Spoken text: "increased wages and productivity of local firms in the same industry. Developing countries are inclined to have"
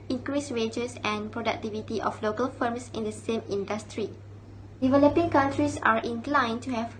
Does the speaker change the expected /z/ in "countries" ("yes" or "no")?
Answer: yes